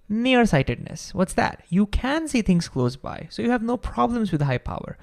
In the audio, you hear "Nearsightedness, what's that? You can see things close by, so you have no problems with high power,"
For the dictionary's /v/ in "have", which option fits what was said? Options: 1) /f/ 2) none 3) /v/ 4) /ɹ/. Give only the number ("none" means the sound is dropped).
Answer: 3